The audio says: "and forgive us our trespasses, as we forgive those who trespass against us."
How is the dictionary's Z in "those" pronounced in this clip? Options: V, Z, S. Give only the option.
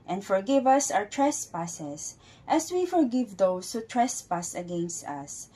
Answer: S